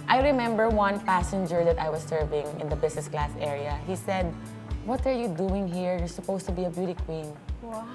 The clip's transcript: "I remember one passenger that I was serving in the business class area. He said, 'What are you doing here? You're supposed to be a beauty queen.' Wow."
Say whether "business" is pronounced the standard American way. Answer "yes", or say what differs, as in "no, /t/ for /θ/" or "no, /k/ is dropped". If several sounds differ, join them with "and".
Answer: no, /s/ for /z/